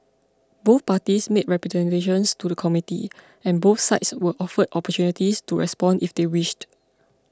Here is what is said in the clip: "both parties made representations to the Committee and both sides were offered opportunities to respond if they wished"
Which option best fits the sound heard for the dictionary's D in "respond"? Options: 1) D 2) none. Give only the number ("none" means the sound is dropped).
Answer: 1